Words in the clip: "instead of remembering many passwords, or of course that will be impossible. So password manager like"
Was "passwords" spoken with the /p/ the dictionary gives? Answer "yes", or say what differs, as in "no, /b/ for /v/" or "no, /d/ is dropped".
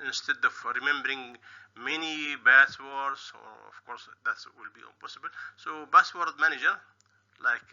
no, /b/ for /p/